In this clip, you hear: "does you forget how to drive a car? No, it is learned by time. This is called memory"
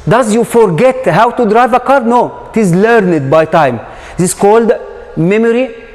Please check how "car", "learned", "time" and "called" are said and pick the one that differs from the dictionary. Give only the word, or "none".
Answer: none